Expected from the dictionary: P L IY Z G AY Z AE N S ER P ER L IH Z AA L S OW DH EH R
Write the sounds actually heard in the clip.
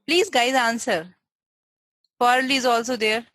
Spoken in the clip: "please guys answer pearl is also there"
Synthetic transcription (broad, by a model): P L IY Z G AY Z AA N S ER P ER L IH Z AA L S OW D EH R